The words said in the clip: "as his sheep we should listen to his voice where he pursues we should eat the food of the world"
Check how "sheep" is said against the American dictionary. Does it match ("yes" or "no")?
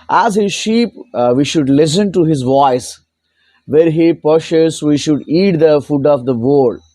yes